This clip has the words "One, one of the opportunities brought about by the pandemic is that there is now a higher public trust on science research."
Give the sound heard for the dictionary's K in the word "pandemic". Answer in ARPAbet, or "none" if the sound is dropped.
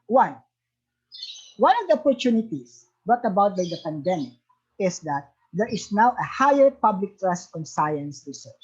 K